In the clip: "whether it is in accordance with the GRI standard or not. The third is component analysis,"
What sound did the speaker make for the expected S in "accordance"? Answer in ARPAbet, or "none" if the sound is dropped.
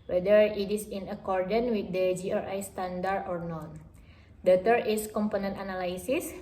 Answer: none